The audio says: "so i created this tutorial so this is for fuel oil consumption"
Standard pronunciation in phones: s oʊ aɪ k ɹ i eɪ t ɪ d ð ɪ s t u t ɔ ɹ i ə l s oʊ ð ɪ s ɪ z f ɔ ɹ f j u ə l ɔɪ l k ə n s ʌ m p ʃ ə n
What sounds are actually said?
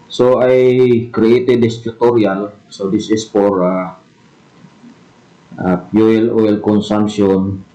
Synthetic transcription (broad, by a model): s oʊ aɪ k ɹ i eɪ t ɪ d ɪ s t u t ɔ ɹ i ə l s oʊ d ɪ s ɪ s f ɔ ɹ p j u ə l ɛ l k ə n s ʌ m p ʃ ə n